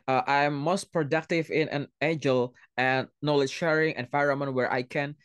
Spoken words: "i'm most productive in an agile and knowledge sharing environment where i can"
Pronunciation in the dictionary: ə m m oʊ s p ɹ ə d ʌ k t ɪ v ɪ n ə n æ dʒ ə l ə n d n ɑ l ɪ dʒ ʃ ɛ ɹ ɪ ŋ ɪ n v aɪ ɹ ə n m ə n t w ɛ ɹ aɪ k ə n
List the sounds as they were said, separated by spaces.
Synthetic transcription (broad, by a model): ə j m oʊ s p ɹ ə d ʌ k t ɪ v ɪ n ə n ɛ dʒ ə l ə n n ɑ l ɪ ʃ ɛ ɹ ɪ ŋ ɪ n f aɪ ɹ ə m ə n w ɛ ɹ aɪ k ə n